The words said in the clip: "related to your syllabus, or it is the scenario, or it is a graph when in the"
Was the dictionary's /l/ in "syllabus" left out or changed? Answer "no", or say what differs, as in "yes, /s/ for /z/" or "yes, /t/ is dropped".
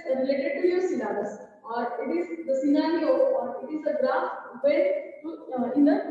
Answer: yes, /n/ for /l/